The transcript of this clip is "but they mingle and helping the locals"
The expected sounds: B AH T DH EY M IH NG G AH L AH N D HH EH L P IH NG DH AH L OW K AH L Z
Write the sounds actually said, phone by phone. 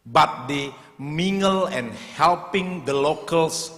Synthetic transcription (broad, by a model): B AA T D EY M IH NG G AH L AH N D HH EH L P IH NG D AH L OW K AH L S